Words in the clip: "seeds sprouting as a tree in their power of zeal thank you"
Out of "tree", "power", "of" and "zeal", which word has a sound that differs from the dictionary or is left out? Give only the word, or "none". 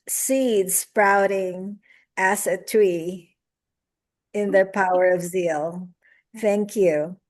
none